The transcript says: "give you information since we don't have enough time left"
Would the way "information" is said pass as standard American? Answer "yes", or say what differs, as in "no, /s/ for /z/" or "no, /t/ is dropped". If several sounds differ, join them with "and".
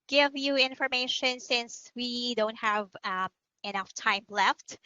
yes